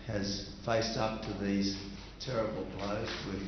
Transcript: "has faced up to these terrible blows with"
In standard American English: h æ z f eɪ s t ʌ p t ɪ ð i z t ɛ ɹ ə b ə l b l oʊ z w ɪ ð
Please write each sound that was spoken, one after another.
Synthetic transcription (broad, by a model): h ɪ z f eɪ s t ʌ p t ɪ ð i z t ɛ ɹ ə b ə l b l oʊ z w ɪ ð